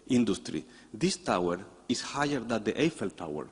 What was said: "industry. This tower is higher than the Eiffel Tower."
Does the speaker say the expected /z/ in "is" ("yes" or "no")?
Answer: no